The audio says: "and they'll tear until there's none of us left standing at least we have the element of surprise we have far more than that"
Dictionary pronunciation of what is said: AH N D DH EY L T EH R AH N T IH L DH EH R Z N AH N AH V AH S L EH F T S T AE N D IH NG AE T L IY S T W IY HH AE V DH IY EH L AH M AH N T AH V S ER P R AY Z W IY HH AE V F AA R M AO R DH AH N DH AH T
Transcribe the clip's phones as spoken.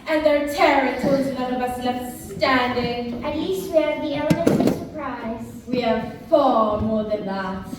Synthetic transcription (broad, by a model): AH N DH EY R T EH R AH T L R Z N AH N AH V AH S N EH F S S T AE N D IH NG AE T L IY S T W IY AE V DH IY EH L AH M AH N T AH S ER P R AY Z W IY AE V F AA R M AO R DH AH N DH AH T